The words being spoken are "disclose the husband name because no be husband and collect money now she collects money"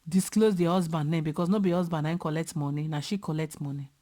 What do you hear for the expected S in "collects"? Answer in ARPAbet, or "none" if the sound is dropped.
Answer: none